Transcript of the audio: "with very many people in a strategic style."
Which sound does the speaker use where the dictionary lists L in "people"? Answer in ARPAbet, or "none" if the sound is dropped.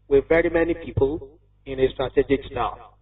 L